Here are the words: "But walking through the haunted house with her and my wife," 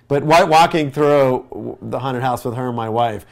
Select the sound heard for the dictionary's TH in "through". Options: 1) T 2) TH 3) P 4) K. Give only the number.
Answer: 2